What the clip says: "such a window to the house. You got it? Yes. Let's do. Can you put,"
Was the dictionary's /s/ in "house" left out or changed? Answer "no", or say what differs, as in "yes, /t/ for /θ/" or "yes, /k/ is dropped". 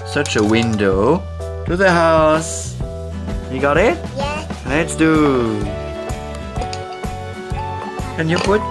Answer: no